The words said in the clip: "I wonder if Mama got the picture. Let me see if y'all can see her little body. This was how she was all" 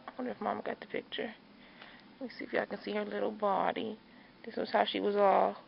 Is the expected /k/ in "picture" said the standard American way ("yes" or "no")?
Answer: yes